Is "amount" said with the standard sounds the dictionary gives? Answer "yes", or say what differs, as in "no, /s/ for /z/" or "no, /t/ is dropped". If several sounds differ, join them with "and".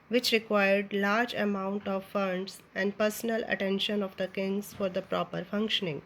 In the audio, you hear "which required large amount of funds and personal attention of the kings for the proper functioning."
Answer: yes